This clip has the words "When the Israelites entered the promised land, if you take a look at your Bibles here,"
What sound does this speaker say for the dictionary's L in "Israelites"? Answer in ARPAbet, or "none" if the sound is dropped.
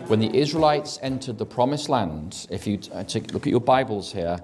L